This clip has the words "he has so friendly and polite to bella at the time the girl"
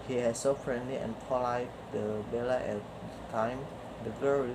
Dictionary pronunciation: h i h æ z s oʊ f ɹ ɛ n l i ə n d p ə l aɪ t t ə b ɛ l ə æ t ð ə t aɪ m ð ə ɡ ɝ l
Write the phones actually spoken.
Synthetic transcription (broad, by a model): h i h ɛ s oʊ f ɹ ɛ n l i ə n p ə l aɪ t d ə b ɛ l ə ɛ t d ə t aɪ m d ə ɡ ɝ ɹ